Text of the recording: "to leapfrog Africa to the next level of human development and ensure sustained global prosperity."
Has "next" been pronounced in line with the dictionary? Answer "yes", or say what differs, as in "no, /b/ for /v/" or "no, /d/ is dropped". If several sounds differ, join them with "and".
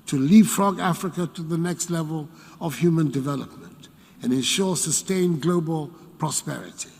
yes